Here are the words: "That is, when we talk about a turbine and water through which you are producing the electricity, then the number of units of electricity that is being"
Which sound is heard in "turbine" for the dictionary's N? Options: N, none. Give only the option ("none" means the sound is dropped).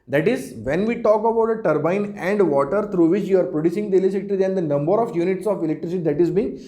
N